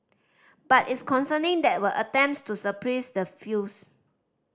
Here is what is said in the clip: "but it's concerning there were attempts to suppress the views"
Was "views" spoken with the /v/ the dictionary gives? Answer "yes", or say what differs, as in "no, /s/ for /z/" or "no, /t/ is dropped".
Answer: no, /f/ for /v/